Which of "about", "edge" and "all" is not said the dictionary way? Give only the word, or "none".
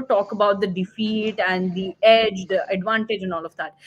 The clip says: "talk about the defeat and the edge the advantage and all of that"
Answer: none